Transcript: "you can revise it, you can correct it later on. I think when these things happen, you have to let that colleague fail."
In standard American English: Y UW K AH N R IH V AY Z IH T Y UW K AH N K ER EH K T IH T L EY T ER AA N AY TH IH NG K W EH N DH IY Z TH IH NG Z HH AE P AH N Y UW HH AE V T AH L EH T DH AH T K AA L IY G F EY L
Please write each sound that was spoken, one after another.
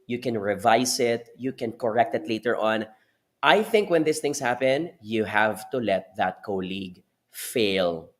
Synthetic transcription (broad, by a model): Y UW K AH N R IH V AY S IH T Y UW K AH N K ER EH K T IH T L EY T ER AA N AY TH IH NG K W EH N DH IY S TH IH NG S HH AE P AH N Y UW HH AE V T AH L EH T DH AH T K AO L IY G F EY L